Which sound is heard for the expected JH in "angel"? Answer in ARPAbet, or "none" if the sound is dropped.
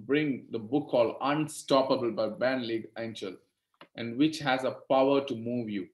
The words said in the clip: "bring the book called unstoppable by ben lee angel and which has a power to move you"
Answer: CH